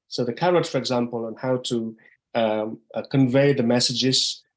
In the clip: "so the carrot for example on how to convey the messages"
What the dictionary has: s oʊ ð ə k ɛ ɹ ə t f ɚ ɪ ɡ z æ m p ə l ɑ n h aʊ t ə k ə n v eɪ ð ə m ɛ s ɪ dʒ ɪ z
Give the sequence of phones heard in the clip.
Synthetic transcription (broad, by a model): s oʊ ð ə k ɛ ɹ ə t f ɚ ɪ ɡ z æ m p ə l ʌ n h aʊ t ə k ə n v eɪ ð ə m ɛ s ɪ dʒ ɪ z